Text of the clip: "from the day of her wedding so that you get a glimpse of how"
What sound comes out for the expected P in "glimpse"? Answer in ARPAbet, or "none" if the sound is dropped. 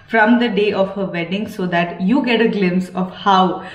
none